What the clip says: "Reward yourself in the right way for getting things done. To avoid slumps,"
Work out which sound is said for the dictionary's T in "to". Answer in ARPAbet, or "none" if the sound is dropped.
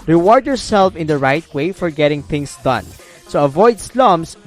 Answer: S